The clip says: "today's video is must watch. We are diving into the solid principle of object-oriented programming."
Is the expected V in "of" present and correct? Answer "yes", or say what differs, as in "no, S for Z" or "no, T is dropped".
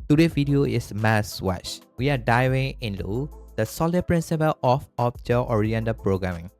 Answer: no, F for V